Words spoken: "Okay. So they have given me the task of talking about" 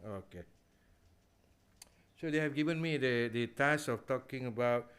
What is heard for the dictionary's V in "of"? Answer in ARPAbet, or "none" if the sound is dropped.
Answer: F